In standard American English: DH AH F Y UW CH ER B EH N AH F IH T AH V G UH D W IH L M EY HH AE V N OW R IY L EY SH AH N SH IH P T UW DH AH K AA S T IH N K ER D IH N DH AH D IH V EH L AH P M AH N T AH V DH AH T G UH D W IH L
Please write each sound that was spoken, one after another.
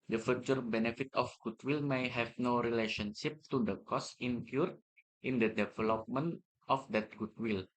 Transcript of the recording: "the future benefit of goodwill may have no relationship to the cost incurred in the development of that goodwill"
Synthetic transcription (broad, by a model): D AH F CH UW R B EH N AH F IH T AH F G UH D W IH L M EY HH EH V N OW R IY L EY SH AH N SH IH P T UW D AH K AA S IH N K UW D IH N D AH D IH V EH L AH P M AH N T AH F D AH T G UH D W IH L